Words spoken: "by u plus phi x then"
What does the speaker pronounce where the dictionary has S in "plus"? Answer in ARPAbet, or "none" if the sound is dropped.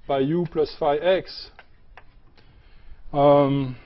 S